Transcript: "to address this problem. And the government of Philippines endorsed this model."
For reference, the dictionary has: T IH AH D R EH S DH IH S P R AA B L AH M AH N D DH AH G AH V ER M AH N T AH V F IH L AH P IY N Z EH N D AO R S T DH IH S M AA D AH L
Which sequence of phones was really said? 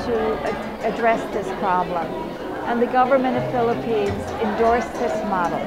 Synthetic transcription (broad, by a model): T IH AH D R EH S DH IH S P R AA B L AH M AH N DH AH G AH V ER M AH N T AH V F IH L AH P IY N Z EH N D AO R S DH IH S M AA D L